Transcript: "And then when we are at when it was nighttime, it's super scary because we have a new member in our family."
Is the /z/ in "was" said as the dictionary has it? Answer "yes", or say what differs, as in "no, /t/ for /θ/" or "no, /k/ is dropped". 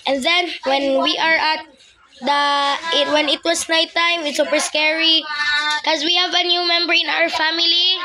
no, /s/ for /z/